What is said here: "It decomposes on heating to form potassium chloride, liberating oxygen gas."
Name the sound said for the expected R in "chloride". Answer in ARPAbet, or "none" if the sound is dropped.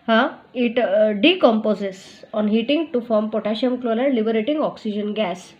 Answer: L